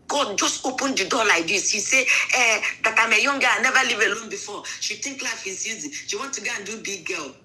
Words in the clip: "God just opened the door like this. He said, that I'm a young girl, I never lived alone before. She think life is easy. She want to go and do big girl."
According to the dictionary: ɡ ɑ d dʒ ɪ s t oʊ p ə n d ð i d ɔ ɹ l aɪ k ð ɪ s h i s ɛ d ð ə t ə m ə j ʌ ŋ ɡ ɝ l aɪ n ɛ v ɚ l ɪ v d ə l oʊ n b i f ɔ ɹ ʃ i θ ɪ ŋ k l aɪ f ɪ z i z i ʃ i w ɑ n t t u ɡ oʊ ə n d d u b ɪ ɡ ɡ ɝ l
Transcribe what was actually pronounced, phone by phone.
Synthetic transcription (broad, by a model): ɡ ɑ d dʒ ɪ s t oʊ p ə n d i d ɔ l aɪ k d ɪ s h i s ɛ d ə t ə m ə j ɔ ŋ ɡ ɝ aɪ n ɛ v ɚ l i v ə l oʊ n b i f ɔ ʃ i t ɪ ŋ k l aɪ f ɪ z i z i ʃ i w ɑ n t t u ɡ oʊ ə n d d u b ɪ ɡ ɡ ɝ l